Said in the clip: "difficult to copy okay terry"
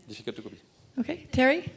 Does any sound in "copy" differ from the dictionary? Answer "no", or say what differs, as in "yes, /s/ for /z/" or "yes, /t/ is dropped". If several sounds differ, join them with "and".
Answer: yes, /b/ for /p/